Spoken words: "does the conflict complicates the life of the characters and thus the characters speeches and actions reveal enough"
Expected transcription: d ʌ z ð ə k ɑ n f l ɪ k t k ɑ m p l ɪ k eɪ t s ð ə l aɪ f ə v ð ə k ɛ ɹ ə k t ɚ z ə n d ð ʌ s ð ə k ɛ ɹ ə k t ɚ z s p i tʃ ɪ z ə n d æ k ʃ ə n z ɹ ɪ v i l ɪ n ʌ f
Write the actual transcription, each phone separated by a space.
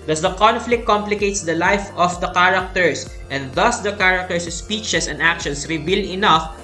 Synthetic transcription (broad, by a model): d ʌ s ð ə k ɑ n f l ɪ k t k ɑ m p l ɪ k eɪ t s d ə l aɪ f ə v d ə k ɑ ɹ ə k t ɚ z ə n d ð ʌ s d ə k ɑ ɹ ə k t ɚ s s p i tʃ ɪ s ə n d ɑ k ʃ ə n s ɹ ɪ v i l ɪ n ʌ f